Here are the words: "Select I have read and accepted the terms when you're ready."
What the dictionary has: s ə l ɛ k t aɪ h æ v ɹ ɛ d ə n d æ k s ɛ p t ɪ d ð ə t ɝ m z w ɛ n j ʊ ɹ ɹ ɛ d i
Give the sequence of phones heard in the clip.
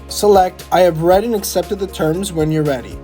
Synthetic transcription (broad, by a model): s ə l ɛ k t aɪ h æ v ɹ ɛ d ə n æ k s ɛ p t ɪ d ð ə t ɝ m z w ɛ n j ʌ ɹ ɹ ɛ d i